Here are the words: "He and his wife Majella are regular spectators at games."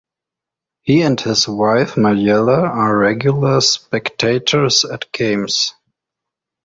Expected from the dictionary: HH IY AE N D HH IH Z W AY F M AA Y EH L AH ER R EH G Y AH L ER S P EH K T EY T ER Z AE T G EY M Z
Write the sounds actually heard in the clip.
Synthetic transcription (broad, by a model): HH IY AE N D HH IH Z W AY F M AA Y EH L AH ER R EH G Y AH L ER S P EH K T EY T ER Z AE T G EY M S